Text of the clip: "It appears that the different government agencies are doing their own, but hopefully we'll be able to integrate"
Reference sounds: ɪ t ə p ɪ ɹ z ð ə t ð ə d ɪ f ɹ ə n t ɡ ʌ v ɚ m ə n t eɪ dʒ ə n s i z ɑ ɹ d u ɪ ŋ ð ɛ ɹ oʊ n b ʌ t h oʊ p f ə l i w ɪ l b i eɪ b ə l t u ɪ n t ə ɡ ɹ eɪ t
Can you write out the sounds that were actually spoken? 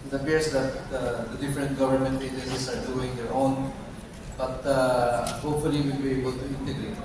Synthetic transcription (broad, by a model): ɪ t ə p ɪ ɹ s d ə t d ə d ɪ f ɹ ə n t ɡ ʌ v ɚ m ə n t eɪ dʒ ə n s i s ɑ ɹ d u ɪ ŋ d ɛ ɹ oʊ n b ʌ t h oʊ p f ə l i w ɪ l b i eɪ b ə l t u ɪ n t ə ɡ ɹ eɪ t